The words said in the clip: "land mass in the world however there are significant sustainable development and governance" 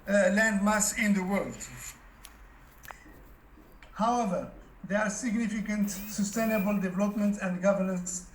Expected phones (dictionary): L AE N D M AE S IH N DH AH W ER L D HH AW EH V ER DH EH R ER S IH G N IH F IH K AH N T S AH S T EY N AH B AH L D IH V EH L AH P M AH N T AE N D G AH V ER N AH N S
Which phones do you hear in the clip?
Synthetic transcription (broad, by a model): L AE N D M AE S IH N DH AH W ER L D HH AW EH V ER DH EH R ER S IH G N IH F IH K AH N T S AH S T EY N AH B AH L D IH V EH L AH P M AH N T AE N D G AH V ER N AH N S